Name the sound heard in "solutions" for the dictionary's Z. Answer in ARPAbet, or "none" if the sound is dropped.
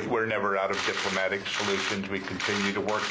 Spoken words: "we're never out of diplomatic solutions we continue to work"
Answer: Z